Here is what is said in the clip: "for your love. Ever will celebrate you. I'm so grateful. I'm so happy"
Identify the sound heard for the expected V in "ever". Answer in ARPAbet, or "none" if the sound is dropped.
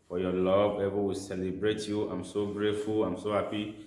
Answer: B